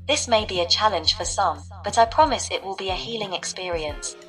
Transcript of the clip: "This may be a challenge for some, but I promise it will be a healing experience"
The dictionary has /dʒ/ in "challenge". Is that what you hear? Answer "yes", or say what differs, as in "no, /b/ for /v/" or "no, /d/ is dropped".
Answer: no, /ʒ/ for /dʒ/